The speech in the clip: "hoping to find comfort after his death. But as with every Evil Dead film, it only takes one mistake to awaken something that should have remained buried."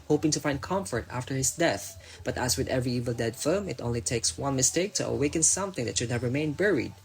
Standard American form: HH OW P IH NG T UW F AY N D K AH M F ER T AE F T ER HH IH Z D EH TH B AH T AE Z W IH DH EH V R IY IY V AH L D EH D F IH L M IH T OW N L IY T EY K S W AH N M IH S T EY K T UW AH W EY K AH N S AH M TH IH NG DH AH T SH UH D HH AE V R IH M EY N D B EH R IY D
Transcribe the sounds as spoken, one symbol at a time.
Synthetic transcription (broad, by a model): HH OW P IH NG T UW F AY N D K AH M F ER T AE F T ER HH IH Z D EH TH B AH T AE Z W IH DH EH V R IY IY V AH L D EH D F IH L M IH T OW N L IY T EY K S W AH N M IH S T EY K T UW AH W EY K AH N S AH M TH IH NG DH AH T SH UH D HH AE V R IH M EY N B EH R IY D